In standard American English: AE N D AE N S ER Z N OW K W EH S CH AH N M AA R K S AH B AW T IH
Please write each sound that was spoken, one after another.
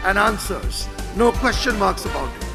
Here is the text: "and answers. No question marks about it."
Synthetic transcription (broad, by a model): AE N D AE N S ER Z N OW K W EH S CH AH N M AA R K S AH B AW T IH